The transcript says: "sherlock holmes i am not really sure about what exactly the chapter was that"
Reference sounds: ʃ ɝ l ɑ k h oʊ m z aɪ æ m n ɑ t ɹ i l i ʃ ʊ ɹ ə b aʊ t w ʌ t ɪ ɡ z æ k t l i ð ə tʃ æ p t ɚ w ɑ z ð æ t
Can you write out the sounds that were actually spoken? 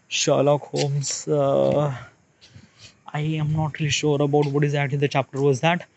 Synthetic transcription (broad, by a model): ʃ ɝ l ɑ k h oʊ m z aɪ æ m n ɑ t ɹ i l i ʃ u ɹ ə b aʊ t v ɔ t ɪ ɡ z æ k t l i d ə tʃ æ p t ɚ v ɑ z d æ t